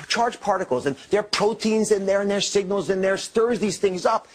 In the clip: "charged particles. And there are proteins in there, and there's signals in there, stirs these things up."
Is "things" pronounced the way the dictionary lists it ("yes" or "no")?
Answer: yes